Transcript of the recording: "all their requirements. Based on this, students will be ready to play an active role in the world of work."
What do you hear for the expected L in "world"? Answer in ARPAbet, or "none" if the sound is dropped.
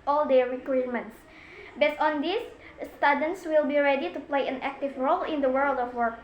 L